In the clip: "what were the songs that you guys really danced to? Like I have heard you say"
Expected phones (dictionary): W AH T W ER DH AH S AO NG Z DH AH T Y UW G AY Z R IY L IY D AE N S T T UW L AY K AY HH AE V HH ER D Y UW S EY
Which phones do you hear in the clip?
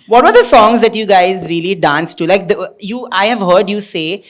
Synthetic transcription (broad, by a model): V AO T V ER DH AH S AO NG Z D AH T Y UW G AY Z R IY L IY D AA N S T T UW L AY K AY HH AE V HH ER D Y UW S EY